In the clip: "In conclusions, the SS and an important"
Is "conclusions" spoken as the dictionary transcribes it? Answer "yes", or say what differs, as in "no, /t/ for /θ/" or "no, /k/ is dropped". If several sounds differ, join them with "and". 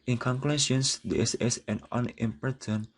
no, /s/ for /ʒ/